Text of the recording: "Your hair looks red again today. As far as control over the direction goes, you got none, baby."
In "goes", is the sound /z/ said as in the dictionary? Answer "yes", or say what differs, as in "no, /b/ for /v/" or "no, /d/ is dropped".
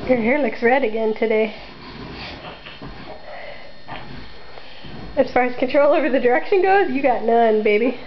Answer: yes